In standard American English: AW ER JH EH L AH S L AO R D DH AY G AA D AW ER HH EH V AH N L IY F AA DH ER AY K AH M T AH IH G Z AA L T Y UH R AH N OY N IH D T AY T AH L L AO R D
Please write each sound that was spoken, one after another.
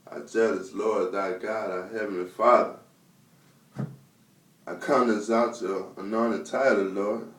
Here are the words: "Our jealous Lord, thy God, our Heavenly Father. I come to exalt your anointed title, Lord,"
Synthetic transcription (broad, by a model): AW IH JH EH L AH S L AO R D DH AY G AA D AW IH HH EH V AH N L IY F AA DH ER AY K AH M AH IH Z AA T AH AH N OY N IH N T AY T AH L L AO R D